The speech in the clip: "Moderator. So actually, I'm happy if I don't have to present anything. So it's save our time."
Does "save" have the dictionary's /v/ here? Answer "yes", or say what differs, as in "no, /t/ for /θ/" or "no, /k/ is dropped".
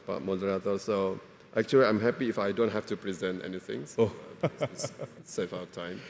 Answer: no, /f/ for /v/